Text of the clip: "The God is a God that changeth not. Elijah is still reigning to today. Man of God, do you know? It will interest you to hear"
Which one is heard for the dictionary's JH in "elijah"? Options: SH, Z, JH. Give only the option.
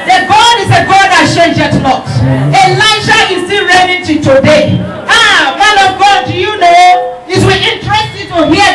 SH